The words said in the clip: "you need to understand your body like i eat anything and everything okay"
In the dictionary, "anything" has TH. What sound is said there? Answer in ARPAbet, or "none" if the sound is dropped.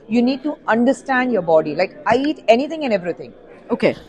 T